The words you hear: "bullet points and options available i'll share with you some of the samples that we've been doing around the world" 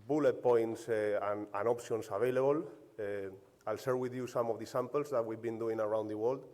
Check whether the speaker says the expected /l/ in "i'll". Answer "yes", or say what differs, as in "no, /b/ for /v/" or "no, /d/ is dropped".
yes